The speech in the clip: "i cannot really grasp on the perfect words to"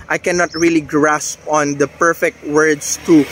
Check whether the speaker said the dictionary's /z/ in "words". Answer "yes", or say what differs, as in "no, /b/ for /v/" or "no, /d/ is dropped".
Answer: no, /s/ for /z/